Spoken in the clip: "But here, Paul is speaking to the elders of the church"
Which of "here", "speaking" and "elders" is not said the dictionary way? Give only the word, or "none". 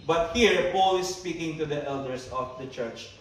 elders